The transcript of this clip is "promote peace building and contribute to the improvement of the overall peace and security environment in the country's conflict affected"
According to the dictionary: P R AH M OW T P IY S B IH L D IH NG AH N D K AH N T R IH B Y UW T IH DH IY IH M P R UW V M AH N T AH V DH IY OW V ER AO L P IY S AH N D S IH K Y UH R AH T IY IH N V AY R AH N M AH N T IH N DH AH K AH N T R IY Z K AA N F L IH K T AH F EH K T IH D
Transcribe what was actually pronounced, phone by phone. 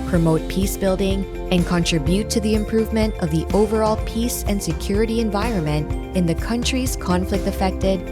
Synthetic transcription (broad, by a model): P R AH M OW T P IY S B IH L D IH NG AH N K AH N T R IH B Y UW T IH DH IY IH M P R UW V M AH N T AH V DH IY OW V ER AO L P IY S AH N S IH K Y UH R AH T IY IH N V AY R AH N M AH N T IH N DH AH K AH N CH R IY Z K AA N F L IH K T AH F EH K T IH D